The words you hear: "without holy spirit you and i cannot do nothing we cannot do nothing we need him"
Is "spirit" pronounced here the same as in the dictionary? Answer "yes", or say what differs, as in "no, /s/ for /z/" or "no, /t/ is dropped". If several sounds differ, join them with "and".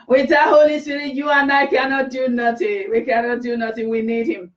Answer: no, /p/ is dropped